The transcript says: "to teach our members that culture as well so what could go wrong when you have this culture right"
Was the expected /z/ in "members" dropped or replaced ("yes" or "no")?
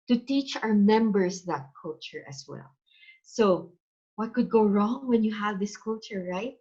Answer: yes